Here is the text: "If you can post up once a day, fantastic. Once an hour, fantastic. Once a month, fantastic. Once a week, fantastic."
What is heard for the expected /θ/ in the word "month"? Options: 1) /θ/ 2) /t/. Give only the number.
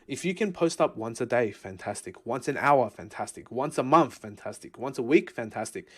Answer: 1